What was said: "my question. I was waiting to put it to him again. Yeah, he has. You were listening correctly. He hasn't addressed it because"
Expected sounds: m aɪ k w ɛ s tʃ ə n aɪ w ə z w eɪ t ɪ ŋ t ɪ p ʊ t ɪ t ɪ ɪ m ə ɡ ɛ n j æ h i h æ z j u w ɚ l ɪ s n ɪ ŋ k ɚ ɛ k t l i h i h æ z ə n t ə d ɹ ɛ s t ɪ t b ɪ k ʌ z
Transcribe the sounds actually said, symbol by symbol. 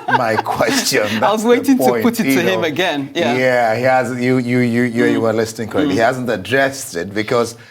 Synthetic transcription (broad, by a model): m aɪ k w ɛ s tʃ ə n aɪ w ə z w eɪ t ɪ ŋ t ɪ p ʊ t ɪ t ɪ ɪ m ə ɡ ɛ n j æ h i h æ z j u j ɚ l ɪ s n ɪ ŋ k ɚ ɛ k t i h i h æ z ə n t ə d ɹ ɛ s t ɪ t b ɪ k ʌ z